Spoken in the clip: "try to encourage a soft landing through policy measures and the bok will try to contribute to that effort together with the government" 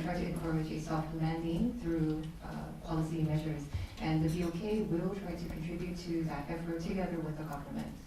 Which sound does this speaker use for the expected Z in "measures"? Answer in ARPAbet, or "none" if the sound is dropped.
Z